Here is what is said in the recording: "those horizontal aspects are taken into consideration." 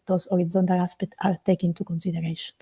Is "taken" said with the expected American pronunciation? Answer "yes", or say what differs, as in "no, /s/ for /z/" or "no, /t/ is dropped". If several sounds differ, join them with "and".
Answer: no, /k/ is dropped